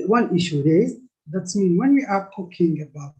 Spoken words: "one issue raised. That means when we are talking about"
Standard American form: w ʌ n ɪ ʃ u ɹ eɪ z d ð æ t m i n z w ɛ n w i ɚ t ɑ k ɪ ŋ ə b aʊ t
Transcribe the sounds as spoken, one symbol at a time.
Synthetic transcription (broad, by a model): w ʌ n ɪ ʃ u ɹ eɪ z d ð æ t m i n w ɛ n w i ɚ t ɑ k ɪ ŋ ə b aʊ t